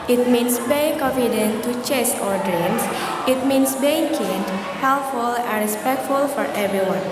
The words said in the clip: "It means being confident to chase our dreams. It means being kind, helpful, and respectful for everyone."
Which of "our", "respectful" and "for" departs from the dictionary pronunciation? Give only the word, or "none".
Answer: none